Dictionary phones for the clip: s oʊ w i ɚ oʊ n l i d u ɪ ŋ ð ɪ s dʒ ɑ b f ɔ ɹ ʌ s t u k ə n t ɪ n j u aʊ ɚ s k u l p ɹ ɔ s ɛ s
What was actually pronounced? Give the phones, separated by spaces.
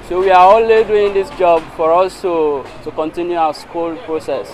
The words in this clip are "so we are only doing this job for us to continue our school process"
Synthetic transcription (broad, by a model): s oʊ w i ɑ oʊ l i d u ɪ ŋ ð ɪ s dʒ ɑ b f ɔ ɹ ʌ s t u k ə n t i n j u aʊ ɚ s k u l p ɹ ɔ s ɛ s